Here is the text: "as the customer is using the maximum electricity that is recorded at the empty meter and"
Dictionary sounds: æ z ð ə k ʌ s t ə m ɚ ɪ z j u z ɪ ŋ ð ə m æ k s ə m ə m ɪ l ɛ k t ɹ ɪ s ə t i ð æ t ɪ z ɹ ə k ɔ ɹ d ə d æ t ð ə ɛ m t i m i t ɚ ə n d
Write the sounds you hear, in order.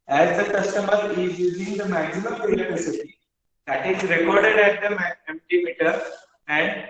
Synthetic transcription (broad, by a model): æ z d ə k ʌ s t ə m ɚ ɪ z j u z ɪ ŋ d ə m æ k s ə m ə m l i t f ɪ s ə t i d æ t ɪ z ɹ ə k ɔ ɹ d ə d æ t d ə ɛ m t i m i t ɚ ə n d